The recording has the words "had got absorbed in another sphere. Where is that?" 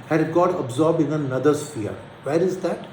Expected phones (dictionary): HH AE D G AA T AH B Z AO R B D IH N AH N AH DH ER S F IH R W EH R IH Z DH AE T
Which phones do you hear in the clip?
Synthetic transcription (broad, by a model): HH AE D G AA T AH B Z AO R B IH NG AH N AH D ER S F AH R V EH R IH Z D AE T